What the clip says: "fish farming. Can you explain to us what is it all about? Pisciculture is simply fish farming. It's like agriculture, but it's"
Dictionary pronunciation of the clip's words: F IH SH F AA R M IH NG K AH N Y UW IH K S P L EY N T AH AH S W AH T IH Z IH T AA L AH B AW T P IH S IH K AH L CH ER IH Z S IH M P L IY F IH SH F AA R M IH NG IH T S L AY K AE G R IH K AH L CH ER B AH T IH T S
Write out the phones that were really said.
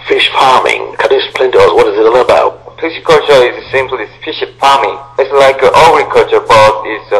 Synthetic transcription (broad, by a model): F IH SH F AA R M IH NG K AH N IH S P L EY N T AH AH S W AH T IH Z IH T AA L AH B AW T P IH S K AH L CH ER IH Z S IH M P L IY F IH SH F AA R M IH NG IH T S L AY K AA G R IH K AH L CH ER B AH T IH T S